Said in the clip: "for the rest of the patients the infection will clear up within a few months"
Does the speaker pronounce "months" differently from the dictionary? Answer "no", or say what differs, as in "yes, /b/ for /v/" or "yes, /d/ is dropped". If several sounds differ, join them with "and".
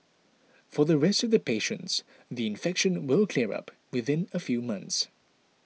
no